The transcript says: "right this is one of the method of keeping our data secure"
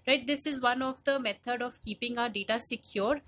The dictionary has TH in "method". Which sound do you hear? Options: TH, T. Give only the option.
T